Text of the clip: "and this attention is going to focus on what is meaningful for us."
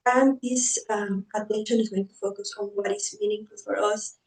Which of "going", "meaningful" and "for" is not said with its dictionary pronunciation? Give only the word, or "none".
none